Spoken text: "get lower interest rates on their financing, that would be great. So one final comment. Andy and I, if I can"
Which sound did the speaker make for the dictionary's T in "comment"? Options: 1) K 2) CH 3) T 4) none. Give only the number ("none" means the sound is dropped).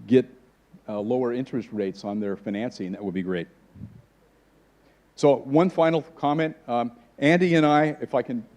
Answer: 3